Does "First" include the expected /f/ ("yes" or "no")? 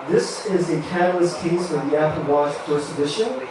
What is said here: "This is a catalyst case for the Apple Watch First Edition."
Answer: no